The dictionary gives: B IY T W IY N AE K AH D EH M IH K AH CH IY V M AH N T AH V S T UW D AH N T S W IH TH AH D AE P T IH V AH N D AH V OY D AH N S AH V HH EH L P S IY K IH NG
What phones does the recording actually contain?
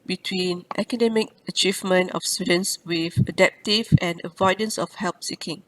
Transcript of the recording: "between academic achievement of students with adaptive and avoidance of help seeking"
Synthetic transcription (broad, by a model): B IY T W IY N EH K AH D EH M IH K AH CH IY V M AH N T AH F S T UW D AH N S W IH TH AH D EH P T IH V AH N AH V OY D AH N S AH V HH EH L P S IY K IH NG